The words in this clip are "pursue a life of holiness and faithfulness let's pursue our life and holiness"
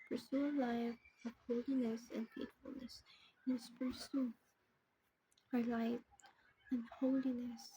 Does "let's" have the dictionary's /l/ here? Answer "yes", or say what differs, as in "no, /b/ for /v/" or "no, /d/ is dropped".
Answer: no, /n/ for /l/